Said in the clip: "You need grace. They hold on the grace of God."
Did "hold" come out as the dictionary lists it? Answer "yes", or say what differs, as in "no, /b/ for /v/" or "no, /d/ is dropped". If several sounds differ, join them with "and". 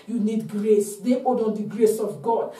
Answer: no, /l/ is dropped